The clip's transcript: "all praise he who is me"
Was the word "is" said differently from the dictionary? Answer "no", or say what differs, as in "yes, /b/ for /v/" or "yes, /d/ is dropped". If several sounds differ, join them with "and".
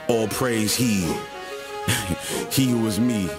no